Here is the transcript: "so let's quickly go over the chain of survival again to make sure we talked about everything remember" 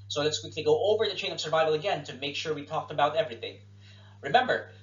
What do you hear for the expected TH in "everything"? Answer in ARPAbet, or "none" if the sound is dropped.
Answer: TH